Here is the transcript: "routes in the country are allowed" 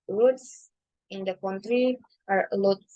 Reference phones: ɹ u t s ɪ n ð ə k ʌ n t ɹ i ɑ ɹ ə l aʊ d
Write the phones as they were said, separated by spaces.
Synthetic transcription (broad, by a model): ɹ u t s ɪ n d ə k ʌ n t ɹ i ɑ ɹ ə l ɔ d